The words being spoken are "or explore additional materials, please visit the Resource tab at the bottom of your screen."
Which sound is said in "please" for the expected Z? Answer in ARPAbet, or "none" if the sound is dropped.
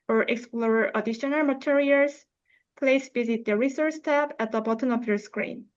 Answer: S